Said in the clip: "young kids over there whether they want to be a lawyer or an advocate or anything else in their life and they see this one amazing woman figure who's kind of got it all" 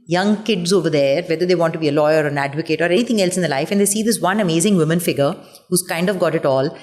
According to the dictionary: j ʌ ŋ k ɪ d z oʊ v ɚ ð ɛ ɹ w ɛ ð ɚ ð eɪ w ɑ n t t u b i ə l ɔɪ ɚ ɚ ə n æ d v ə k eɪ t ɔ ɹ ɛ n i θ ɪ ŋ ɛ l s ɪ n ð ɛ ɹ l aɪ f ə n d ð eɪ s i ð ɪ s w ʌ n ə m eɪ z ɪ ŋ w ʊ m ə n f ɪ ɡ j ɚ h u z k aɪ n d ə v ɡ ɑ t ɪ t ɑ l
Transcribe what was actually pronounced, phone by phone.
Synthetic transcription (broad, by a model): j ʌ ŋ k ɪ d z oʊ v ɚ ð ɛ ɹ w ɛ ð ɚ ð eɪ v ɑ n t t u b i ə l ɔɪ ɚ ɚ ə n æ d v ə k eɪ t ɔ ɹ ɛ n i t ɪ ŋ ɛ l s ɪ n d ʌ l aɪ f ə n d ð eɪ s i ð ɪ s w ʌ n ə m eɪ z ɪ ŋ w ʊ m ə n f ɪ ɡ ɚ h u z k aɪ n d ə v ɡ ɑ t ɪ t ɑ l